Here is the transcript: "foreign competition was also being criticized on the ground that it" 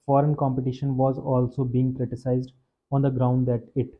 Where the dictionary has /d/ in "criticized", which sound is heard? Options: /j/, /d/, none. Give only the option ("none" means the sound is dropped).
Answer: /d/